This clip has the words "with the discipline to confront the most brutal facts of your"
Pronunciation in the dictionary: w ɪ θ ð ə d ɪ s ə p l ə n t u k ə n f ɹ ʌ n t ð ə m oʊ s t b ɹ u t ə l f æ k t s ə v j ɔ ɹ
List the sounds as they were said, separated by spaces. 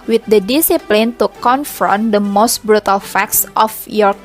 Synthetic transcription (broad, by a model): w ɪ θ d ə d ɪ s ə p l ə n t u k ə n f ɹ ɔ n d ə m oʊ s t b ɹ u t ə l f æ k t s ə f j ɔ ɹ